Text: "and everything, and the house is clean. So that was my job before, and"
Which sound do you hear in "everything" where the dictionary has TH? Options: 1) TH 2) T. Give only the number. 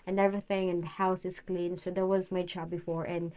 1